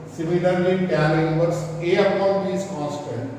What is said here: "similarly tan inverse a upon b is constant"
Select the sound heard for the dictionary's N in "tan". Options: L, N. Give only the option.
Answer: L